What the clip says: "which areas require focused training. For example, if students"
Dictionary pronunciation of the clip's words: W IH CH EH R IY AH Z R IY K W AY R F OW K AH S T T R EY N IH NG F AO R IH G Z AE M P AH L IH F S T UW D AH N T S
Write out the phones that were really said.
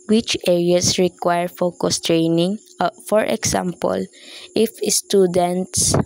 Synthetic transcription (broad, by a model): W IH CH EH R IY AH S R IY K W AY R F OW K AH S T T R EY N IH NG F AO R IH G S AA M P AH L IH F S T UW D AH N T S